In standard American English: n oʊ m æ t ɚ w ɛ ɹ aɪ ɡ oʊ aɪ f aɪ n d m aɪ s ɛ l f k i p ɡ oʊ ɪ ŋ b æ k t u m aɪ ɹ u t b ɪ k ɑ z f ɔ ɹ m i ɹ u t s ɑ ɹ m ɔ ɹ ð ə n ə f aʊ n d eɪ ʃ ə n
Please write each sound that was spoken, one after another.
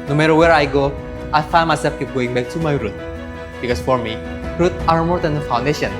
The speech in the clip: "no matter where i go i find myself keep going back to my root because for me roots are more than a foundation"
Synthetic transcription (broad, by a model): n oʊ m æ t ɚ w ɛ ɹ aɪ ɡ oʊ aɪ f aɪ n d m aɪ s ɛ l f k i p ɡ oʊ ɪ ŋ b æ k t u m aɪ ɹ u t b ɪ k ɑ s f ɔ ɹ m i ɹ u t ɑ ɹ m ɔ ɹ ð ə n ə f aʊ n d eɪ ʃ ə n